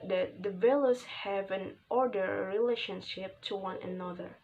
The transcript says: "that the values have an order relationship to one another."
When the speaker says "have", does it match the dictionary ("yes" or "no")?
yes